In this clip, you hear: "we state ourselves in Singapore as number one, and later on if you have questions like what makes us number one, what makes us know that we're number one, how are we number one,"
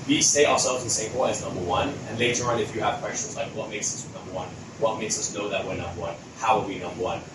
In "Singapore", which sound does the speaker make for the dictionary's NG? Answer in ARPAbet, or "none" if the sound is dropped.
none